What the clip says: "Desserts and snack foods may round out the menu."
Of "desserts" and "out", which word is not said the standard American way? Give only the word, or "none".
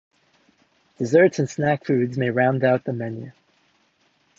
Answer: none